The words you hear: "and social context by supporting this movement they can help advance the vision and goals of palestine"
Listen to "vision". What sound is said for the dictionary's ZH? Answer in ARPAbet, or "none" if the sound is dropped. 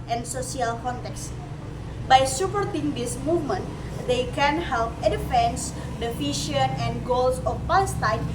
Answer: SH